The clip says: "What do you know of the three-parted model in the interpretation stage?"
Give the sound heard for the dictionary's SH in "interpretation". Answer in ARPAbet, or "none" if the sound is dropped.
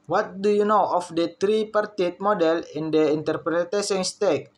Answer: S